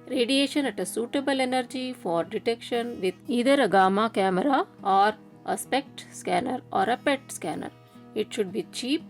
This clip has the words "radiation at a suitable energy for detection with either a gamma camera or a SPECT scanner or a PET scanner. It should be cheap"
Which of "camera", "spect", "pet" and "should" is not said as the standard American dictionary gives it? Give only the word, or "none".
none